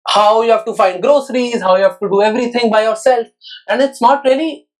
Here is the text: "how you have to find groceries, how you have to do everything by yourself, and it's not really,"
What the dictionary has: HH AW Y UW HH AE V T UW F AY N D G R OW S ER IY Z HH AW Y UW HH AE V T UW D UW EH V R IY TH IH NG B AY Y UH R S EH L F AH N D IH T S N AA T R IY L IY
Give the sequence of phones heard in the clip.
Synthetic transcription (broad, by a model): HH AW Y UW HH AE V T UW F AY N D G R OW S ER IY Z HH AW Y UW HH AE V T UW D UW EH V R IY T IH NG B AY Y UH R S EH L F AH N D IH T S N AA T R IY L IY